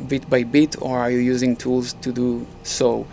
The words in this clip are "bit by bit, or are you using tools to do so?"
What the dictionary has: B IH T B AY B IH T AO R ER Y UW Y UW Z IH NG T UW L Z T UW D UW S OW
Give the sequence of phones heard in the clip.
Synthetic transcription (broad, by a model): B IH T B AY B IH T AO R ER Y UW Y UW Z IH NG T UW L Z T UW D UW S OW